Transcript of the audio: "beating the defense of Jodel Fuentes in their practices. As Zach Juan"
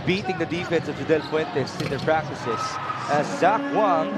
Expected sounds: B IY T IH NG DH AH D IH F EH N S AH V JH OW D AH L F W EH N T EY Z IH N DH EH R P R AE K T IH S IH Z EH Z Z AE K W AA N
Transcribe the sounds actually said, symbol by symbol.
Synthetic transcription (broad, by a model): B IY T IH NG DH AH D IH F EH N S AH V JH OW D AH L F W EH N T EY S IH N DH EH R P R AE K T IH S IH S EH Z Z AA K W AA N